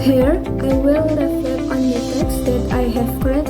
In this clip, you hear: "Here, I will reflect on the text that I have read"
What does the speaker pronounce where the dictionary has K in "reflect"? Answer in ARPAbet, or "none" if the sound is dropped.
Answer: none